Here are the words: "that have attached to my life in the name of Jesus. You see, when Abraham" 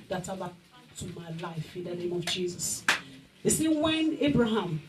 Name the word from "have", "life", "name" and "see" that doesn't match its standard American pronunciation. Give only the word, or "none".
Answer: have